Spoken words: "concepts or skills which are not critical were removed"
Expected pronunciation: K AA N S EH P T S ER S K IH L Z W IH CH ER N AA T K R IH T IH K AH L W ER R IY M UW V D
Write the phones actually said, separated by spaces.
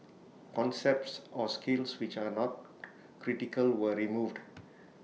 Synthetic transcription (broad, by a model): K AA N S EH P T S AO S K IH L S W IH CH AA N AA T K R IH T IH K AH L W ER R IY M UW V D